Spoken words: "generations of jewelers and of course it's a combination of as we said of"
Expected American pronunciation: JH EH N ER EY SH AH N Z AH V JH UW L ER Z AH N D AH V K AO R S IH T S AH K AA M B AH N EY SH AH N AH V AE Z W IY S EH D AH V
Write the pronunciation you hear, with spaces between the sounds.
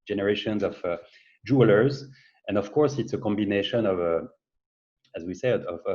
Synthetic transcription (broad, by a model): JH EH N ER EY SH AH N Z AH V JH UW L ER Z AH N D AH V K AO R S IH T S AH K AA M B AH N EY SH AH N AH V AE Z W IY S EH AH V